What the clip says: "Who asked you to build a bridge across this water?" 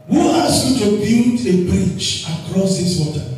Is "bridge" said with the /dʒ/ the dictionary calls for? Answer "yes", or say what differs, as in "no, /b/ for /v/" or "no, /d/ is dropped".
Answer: no, /tʃ/ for /dʒ/